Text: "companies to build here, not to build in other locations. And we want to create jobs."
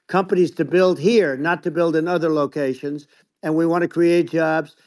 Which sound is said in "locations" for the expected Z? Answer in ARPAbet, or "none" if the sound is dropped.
Z